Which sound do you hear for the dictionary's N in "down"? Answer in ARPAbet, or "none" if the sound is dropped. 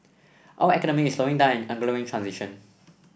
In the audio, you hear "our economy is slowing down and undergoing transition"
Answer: none